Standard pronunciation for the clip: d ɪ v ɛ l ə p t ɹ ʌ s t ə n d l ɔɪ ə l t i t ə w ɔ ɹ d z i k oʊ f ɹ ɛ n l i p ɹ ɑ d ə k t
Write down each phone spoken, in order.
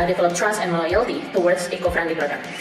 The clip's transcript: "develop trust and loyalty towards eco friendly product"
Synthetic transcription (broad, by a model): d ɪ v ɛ l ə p t ɹ ʌ s t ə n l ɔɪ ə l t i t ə w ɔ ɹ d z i k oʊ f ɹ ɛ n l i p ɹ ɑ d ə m